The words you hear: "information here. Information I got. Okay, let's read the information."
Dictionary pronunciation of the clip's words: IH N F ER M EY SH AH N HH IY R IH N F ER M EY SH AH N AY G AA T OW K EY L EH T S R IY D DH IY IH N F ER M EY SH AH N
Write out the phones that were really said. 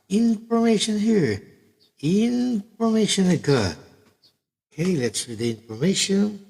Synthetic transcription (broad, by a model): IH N F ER M EY SH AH N HH IY R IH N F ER M EY SH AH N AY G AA OW K EY L EH T S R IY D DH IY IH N F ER M EY SH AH N